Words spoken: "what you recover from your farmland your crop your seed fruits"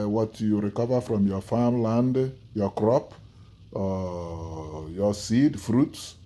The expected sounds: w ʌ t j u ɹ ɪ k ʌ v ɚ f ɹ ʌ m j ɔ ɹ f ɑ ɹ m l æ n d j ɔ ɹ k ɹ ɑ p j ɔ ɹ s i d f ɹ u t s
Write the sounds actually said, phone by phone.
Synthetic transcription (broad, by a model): w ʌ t j u ɹ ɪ k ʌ v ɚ f ɹ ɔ m j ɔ f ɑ m l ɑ n d j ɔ k ɹ ɑ p j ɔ s i d f ɹ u t s